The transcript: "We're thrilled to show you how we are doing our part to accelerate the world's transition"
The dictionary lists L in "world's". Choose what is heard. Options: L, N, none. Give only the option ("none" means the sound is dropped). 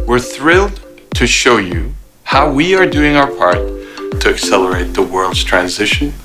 L